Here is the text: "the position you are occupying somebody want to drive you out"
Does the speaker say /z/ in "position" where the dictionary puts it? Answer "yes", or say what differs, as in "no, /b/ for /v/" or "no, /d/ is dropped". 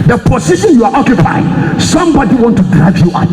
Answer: no, /s/ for /z/